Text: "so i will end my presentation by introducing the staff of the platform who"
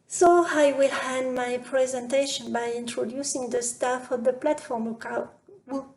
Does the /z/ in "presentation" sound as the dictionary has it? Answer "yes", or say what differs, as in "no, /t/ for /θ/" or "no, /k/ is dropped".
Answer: yes